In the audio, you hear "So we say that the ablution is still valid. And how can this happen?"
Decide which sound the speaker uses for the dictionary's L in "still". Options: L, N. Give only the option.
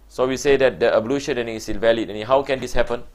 N